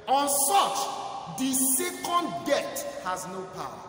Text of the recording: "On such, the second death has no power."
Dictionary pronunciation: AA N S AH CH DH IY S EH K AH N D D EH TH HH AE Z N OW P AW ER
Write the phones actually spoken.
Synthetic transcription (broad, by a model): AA N S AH CH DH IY S EH K AH N D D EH T HH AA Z N OW P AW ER